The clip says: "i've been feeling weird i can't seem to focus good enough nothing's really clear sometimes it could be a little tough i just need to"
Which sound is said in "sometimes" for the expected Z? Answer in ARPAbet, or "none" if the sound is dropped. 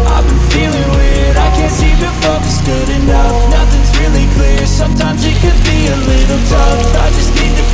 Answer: Z